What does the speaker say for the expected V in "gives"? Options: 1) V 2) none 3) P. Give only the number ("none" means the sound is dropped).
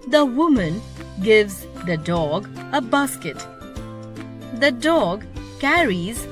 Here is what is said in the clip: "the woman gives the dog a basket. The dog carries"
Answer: 1